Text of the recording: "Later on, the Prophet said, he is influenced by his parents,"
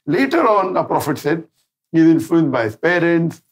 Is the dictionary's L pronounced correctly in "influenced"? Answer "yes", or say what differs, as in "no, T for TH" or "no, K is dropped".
no, L is dropped